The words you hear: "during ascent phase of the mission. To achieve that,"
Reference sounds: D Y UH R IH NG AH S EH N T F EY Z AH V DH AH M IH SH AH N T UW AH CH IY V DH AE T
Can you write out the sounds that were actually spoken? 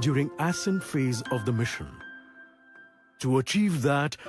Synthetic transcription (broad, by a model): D Y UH R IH NG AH S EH N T F EY Z AH V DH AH M IH SH AH N T UW AH CH IY V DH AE T